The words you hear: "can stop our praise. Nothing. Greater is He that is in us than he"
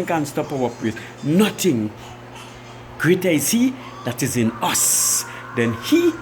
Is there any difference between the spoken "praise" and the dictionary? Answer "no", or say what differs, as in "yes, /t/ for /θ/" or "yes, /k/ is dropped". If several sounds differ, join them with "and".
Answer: yes, /w/ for /ɹ/